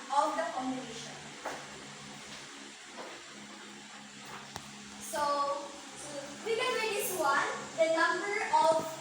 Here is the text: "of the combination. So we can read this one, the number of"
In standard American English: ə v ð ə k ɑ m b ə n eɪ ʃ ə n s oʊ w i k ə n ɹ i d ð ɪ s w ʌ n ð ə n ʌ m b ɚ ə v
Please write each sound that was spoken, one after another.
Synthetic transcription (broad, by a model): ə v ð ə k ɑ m ə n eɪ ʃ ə n s oʊ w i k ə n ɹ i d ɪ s w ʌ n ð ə n ʌ m b ɚ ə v